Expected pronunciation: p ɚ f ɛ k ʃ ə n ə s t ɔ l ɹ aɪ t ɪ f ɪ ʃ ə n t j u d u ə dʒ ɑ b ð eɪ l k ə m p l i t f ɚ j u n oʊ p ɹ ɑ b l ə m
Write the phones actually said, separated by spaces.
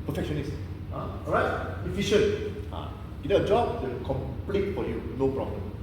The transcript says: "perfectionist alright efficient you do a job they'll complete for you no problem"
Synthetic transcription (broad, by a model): p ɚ f ɛ k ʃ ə n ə s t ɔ ɹ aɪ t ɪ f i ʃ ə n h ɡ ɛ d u ə dʒ ɑ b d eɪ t k ə m p l i t f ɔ j u n oʊ p ɹ ɑ b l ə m